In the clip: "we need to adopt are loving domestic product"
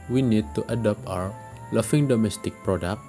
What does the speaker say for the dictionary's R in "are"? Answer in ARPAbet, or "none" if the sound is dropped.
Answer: W